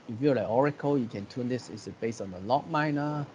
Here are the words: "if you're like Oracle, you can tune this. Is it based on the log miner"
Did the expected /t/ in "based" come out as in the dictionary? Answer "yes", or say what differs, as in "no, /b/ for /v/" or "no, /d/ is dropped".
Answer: no, /t/ is dropped